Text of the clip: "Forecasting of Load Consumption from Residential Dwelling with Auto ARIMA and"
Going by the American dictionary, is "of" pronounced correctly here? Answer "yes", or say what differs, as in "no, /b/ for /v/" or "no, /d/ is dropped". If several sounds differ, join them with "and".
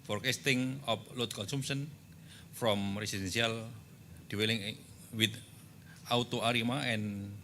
no, /p/ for /v/